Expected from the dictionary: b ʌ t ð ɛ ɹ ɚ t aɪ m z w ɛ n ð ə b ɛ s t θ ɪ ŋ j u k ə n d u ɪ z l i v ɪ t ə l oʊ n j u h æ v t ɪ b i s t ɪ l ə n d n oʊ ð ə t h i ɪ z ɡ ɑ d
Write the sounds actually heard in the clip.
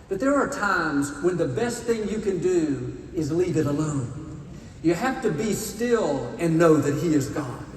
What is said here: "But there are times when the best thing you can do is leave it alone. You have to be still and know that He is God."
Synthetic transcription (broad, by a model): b ʌ t ð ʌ ɹ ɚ t aɪ m z w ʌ n ð ə b ɛ s t θ ɪ ŋ j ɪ k ə n d u ɪ z l i v ɪ t ə l oʊ n j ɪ h æ f t ɪ b i s t ɪ l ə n n oʊ ð ə t h i ɪ z ɡ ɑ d